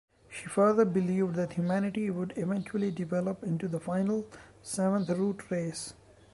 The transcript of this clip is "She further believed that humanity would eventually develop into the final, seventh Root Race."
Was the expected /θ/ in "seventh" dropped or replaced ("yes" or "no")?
yes